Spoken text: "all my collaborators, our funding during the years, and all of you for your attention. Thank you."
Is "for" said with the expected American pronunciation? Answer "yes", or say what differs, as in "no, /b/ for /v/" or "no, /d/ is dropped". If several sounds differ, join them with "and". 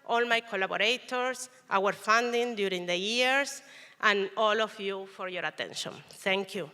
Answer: yes